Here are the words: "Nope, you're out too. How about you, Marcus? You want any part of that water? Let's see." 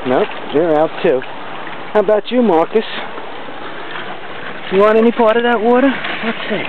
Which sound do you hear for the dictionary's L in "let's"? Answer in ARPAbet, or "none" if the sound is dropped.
W